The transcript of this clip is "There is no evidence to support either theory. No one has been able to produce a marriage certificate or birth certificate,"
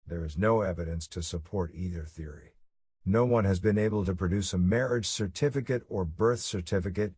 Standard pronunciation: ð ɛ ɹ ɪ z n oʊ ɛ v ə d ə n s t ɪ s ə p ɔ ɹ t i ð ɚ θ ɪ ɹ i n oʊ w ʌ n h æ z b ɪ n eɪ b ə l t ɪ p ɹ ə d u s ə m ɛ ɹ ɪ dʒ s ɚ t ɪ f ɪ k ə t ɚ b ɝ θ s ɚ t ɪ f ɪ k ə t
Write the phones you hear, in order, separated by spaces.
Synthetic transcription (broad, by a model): ð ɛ ɹ ɪ z n oʊ ɛ v ə d ə n s t ɪ s ə p ɔ ɹ t i ð ɚ θ ɪ ɹ i n oʊ w ʌ n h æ z b ɪ n eɪ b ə l t ɪ p ɹ ə d u s ə m ɛ ɹ ɪ dʒ s ɚ t ɪ f ɪ k ə t ɚ b ɝ θ s ɚ t ɪ f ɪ k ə t